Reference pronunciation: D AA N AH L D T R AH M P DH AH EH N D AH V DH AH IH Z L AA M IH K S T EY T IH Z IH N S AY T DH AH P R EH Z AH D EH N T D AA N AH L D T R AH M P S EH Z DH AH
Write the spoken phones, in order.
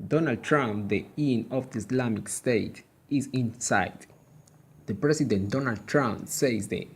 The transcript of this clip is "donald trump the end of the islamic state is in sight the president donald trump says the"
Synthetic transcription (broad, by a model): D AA N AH L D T R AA M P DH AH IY N AH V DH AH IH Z L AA M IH K S T EY T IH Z IH N S AY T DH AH P R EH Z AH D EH N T D AA N AH L D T R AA M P S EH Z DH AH